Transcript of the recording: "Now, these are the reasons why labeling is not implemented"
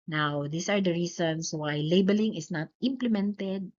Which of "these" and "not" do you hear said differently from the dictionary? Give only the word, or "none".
these